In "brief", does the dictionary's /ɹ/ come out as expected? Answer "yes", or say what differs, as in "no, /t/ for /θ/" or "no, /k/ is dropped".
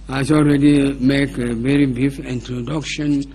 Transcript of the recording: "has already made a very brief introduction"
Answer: no, /ɹ/ is dropped